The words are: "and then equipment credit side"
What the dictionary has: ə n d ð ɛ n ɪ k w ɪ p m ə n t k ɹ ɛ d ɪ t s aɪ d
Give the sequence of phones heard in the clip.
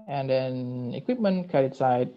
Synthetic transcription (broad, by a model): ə n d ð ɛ n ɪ k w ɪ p m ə n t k ɛ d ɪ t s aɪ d